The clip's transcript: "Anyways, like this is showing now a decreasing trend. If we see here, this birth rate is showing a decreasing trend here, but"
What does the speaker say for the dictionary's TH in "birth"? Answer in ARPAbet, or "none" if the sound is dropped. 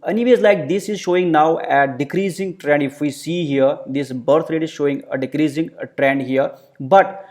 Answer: T